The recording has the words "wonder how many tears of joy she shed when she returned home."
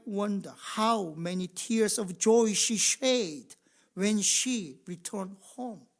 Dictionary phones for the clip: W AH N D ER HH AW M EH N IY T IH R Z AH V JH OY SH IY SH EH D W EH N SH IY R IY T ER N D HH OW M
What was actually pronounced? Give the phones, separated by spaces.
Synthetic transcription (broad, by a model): W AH N D ER HH AW M EH N IY T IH R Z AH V JH OY SH IY SH EH D W EH N SH IY R IY T ER N D HH OW M